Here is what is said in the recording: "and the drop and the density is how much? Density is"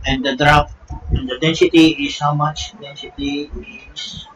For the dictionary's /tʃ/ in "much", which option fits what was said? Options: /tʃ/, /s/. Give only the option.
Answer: /tʃ/